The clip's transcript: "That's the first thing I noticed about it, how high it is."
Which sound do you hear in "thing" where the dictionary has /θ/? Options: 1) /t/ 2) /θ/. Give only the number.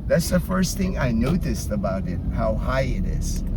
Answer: 2